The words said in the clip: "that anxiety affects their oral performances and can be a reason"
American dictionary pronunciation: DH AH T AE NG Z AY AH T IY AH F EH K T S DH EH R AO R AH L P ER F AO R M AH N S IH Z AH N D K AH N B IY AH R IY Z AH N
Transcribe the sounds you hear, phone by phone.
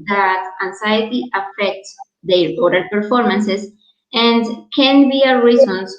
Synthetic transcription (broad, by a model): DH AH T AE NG S AY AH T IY AH F EH K T S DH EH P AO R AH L P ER F AO R M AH N S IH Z AH N D K AH N B IY AH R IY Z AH N